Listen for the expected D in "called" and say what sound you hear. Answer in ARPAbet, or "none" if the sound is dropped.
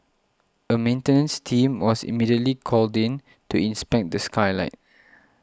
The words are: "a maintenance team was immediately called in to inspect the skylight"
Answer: D